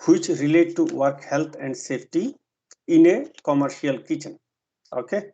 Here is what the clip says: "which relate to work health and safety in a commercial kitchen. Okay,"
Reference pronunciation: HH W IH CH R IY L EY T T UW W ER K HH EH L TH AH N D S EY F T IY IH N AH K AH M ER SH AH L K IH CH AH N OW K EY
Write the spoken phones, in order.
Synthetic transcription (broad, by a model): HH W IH CH R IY L EY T T UW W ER K HH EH L T AH N D S EY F T IY IH N AH K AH M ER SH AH L K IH CH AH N OW K EY